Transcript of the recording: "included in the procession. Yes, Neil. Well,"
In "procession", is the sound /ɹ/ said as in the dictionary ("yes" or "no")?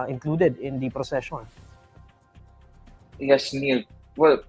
yes